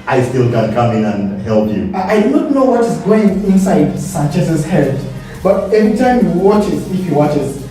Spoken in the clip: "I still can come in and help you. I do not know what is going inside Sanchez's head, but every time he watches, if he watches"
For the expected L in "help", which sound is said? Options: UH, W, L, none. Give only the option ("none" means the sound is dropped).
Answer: L